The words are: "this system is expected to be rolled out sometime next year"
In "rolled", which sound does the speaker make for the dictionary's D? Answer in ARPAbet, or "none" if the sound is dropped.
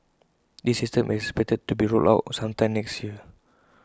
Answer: none